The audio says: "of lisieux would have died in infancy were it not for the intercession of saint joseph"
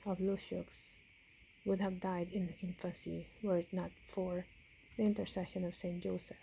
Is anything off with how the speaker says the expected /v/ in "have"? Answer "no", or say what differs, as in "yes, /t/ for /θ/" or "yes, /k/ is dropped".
no